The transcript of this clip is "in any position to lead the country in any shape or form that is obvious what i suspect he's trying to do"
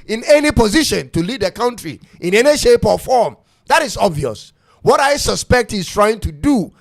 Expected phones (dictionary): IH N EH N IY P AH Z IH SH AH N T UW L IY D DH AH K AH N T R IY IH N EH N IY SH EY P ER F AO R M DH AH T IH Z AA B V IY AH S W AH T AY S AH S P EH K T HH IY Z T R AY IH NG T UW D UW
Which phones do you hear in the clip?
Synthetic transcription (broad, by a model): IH N EH N IY P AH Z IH SH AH N T UW L IY D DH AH K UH N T R IY IH N EH N IY SH EY P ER F AO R M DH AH T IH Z AA B V IY AH S W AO T AY S AH S P EH K T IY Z T R AY IH NG T UW D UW